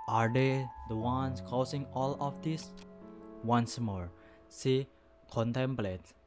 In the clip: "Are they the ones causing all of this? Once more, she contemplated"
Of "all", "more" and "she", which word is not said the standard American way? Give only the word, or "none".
she